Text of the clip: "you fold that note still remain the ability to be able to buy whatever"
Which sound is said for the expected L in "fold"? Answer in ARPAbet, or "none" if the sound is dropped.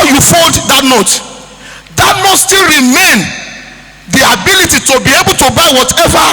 N